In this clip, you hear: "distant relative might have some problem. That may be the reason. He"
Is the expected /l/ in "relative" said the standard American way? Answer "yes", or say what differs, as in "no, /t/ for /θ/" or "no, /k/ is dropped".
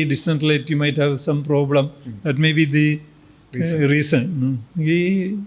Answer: no, /l/ is dropped